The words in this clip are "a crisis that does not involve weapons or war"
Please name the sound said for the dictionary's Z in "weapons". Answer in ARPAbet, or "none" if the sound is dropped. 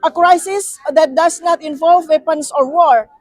S